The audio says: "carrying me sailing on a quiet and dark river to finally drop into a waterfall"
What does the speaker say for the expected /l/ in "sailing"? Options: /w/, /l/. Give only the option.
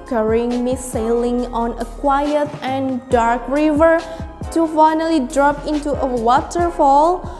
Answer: /l/